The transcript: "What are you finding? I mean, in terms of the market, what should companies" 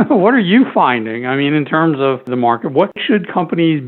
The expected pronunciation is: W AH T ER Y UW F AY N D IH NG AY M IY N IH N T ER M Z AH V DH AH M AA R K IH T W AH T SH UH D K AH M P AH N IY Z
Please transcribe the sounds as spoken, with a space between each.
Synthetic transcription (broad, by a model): W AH T ER Y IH F AY N D IH NG AY M IY N IH N T ER M Z AH V DH AH M AA R K IH T W AH T SH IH D K AH M P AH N IY Z